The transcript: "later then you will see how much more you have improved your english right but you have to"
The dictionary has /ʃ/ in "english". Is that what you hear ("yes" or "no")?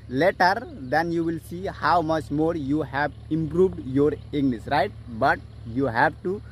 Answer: no